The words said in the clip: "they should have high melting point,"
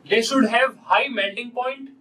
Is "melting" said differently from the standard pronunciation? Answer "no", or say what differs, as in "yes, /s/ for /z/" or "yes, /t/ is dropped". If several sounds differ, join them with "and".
yes, /n/ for /l/